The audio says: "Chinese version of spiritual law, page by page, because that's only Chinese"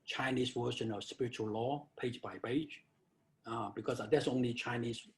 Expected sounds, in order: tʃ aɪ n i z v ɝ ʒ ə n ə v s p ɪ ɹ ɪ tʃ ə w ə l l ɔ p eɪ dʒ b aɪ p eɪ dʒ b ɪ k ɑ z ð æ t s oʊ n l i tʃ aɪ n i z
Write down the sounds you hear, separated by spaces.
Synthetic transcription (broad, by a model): tʃ aɪ n i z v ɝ ʃ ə n ə v s p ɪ ɹ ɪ tʃ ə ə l l ɔ p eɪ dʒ b aɪ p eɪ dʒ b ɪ k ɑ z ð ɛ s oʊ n i tʃ aɪ n i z